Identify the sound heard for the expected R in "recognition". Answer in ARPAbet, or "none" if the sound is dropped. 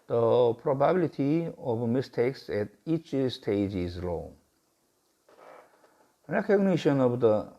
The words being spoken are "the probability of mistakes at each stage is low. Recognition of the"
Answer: R